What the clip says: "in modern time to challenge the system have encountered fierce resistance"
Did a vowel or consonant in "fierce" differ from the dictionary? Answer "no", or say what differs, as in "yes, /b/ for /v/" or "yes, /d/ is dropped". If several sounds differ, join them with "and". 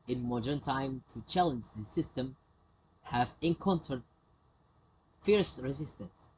no